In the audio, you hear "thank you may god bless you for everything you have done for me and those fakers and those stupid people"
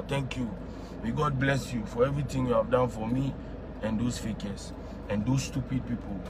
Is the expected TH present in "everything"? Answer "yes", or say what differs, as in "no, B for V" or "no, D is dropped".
no, T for TH